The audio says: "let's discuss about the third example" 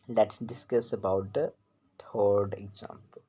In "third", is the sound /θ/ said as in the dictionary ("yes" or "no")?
no